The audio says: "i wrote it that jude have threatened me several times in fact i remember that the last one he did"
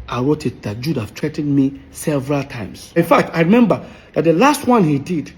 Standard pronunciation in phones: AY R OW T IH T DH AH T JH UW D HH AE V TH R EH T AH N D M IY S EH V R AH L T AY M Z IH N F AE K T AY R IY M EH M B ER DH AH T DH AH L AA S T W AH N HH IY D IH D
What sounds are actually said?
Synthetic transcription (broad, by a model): AY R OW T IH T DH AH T JH UW D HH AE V T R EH T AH N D M IY S EH V R AH L T AY M S IH N F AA K T AY R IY M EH M B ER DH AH T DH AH L AA S T W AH N HH IY D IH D